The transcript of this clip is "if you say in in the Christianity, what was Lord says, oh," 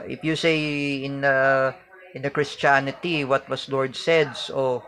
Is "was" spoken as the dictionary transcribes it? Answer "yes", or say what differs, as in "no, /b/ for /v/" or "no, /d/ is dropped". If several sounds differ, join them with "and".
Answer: no, /s/ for /z/